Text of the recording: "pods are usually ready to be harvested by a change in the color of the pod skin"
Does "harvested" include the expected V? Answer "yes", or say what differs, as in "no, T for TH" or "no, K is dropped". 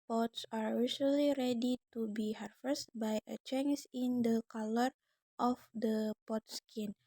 no, F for V